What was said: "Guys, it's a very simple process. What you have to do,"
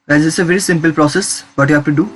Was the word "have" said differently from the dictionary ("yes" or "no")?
yes